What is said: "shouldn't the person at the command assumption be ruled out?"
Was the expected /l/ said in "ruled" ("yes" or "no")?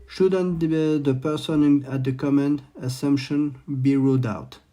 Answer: no